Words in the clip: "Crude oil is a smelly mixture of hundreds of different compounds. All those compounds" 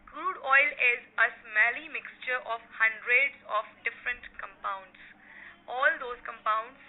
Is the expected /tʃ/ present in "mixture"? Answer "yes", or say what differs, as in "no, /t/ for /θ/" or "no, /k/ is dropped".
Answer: yes